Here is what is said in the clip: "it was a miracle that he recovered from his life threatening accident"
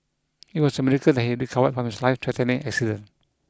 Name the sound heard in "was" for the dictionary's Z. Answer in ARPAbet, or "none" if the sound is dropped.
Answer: S